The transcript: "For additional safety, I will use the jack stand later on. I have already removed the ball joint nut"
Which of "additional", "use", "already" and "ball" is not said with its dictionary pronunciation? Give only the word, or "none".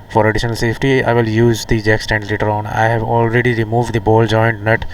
none